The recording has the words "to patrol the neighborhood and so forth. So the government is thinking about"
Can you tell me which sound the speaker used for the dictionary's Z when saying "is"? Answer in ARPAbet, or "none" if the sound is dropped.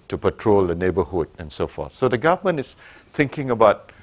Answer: S